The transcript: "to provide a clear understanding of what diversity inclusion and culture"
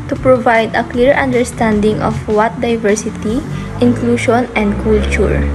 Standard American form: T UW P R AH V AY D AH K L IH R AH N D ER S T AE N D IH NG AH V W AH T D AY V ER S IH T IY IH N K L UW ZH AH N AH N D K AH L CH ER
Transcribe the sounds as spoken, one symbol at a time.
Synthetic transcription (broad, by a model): T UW P R AH V AY D AH K L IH R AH N D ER S T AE N D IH NG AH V W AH T D AY V ER S IH T IY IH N K L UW SH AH N AH N D K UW L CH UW